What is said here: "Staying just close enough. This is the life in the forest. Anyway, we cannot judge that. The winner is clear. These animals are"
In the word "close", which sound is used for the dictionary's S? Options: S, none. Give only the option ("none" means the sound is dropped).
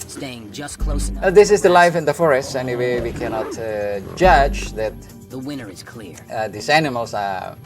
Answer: none